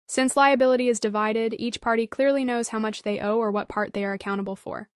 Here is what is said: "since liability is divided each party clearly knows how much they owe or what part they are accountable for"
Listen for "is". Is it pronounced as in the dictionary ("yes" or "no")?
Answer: yes